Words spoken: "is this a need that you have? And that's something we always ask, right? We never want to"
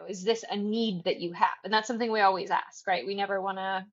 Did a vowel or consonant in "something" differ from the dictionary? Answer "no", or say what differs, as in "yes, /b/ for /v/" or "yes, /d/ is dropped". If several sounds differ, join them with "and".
no